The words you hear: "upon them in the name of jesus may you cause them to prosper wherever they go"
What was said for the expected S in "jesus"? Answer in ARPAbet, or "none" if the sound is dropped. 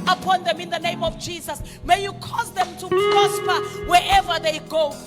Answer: S